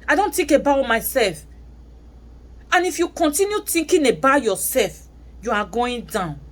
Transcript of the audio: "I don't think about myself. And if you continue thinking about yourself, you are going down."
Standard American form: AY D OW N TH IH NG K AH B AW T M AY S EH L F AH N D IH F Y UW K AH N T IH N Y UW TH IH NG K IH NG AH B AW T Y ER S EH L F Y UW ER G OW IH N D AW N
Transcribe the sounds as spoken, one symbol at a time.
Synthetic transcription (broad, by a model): AY D OW N T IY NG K AH B AW T M AY S EH L F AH N IH F Y UW K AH N T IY N Y UW T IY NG K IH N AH B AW Y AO S EH L F Y UW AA G OW IH N D AW N